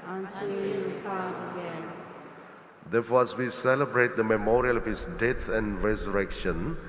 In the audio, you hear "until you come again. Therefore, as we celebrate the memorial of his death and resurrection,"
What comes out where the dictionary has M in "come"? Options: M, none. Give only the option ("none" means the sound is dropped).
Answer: none